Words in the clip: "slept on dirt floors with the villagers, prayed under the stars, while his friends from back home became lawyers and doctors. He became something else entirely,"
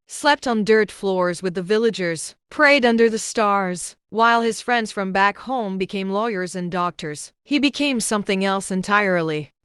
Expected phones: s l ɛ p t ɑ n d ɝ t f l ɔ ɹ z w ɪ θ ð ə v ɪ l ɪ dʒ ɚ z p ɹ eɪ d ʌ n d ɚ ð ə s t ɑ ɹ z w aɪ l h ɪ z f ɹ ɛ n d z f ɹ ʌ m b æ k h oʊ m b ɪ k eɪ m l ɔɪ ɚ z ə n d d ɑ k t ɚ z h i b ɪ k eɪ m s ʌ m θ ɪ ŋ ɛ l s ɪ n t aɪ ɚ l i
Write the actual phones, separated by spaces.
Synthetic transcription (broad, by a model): s l ɛ p t n d ɝ t f l ɔ ɹ z w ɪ ð ə v ɪ l ɪ dʒ ɚ z p ɹ eɪ d ʌ n d ɚ ð ə s t ɑ ɹ z w aɪ l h ɪ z f ɹ ɛ n d z f ɹ ʌ m b æ k h oʊ m b ɪ k eɪ m l ɔɪ ɚ z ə n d d ɑ k t ɚ z h i b ɪ k eɪ m s ʌ m θ ɪ ŋ ɛ l s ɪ n t aɪ ɚ l i